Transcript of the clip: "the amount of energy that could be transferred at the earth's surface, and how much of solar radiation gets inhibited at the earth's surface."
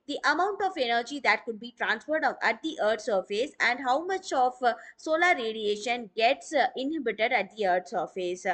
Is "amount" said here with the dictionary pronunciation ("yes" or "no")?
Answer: yes